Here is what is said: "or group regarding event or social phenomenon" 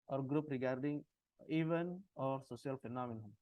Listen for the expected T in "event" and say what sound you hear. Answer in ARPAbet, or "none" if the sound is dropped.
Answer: none